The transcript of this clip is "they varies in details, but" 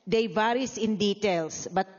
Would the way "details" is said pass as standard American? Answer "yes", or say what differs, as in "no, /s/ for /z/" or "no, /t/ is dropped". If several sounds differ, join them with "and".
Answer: no, /s/ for /z/